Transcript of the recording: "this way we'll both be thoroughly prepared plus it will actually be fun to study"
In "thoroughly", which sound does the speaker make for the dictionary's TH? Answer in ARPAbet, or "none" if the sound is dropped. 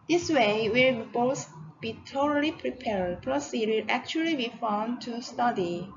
T